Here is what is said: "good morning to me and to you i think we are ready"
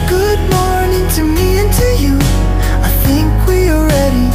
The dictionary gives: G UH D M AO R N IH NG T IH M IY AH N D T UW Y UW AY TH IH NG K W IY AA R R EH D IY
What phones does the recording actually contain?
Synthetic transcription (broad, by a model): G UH D M AO R N IH NG T IH M IY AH N T UW Y UW AY TH IH NG K W IY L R EH D IY